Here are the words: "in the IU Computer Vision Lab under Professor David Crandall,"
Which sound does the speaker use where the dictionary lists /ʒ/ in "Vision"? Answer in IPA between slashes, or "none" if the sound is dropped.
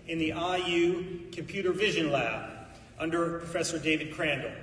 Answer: /ʒ/